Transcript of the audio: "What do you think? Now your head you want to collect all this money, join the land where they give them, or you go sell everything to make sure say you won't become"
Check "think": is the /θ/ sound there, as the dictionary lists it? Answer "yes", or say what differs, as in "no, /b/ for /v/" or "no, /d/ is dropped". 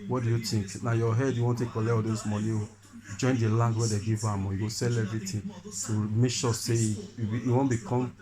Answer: no, /t/ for /θ/